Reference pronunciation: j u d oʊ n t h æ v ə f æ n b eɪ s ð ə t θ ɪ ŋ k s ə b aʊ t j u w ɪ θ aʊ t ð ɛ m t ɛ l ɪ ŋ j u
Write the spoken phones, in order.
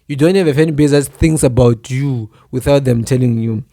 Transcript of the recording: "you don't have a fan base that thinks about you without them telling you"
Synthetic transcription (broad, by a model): j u d oʊ n t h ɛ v ə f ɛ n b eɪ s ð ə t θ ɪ ŋ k s ə b aʊ t j u w ɪ θ aʊ t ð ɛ m t ɛ l ɪ ŋ j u